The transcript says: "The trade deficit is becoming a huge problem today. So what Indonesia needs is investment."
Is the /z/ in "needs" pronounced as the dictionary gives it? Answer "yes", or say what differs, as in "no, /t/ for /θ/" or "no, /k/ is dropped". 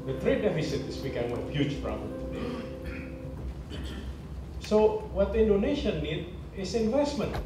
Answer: no, /z/ is dropped